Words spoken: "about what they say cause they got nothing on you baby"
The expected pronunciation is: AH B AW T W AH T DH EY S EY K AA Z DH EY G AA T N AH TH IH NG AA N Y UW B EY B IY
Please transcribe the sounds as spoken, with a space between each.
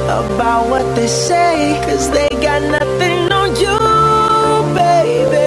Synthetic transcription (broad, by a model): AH B AW T W AH T DH EY S EY K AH Z DH EY G AA T N AH TH IH NG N Y UW B EY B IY